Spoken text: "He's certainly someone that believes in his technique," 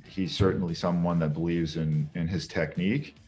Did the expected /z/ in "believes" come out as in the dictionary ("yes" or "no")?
yes